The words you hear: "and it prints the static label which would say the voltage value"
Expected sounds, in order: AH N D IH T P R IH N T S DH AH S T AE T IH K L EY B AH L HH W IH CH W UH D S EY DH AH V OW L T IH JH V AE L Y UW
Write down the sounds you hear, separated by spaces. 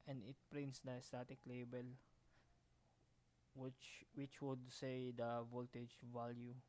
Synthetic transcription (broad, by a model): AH N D IH T P R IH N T S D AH S T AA T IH K L EY B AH L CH W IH CH W UH D S EY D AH V OW L T IH JH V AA L Y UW